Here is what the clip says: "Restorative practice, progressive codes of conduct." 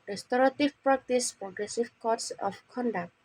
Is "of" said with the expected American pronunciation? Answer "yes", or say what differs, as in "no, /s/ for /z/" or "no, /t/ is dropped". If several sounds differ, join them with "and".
no, /p/ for /v/